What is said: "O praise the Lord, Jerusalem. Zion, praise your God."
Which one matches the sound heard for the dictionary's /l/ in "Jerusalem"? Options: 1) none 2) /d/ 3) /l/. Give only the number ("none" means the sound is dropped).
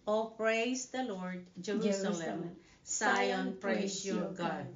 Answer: 1